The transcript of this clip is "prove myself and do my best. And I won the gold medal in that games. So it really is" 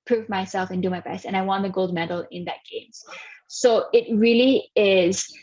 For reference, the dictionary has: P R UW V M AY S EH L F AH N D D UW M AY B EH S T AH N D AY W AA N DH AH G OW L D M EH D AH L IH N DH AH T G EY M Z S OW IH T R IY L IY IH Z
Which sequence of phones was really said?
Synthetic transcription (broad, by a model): P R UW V M AY S EH L F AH N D D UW M AY B EH S T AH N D AY W AA N DH AH G OW L D M EH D L IH N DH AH T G EY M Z S OW IH T R IY L IY IH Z